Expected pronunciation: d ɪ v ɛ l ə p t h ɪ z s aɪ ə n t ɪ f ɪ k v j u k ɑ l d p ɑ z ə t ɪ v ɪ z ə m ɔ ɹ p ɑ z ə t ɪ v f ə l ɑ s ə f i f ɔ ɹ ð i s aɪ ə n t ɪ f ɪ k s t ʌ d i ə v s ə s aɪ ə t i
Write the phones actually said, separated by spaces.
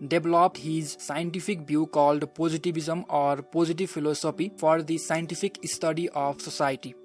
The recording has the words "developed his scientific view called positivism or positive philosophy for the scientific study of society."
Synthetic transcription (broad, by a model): d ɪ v l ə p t h ɪ z s aɪ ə n t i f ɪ k b j u k ɑ l d p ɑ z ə t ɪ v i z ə m ɔ ɹ p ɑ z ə t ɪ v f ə l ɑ s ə p i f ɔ ɹ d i s aɪ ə n t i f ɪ k s t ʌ d i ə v s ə s aɪ t i